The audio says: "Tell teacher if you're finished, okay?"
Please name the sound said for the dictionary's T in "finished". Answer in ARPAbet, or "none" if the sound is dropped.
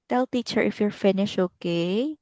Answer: none